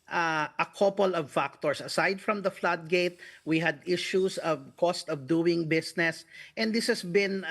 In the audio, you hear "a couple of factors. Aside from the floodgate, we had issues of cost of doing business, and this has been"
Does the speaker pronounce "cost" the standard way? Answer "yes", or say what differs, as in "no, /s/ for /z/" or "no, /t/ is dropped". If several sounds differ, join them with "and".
yes